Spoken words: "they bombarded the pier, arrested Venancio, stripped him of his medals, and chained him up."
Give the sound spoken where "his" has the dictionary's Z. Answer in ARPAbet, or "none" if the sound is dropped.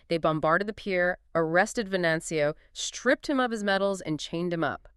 Z